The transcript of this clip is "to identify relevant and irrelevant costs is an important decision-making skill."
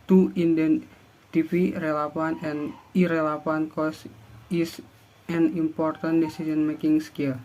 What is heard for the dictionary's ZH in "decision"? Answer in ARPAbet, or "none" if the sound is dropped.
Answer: S